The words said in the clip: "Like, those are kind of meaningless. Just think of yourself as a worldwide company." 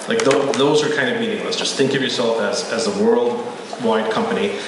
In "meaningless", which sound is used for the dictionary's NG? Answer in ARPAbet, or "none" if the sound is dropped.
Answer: NG